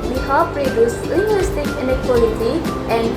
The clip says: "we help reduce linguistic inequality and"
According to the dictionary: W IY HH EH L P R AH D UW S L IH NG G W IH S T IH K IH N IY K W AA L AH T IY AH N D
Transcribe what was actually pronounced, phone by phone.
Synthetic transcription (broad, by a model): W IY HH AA P R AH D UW S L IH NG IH S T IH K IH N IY K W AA L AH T IY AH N